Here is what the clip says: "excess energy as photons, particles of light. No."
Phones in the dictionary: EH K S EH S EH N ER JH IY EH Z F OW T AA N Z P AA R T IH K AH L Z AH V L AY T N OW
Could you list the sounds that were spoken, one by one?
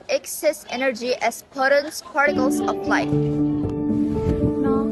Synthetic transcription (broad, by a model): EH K S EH S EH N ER JH IY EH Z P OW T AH N S P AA R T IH K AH L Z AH P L AY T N